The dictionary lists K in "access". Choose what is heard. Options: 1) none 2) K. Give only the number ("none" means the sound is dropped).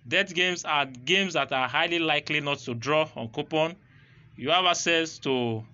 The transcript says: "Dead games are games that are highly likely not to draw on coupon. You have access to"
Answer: 1